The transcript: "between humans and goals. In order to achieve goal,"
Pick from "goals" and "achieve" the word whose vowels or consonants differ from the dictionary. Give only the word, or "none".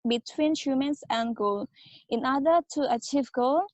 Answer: goals